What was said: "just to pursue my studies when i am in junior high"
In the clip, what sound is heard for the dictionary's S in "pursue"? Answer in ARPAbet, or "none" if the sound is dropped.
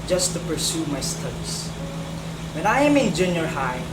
S